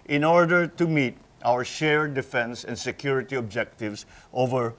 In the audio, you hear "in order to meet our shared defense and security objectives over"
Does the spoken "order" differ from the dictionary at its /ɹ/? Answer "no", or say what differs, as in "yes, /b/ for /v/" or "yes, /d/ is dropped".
no